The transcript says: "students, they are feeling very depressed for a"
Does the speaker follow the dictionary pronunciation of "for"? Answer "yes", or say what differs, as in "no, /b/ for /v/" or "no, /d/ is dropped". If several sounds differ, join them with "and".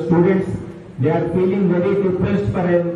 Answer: no, /p/ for /f/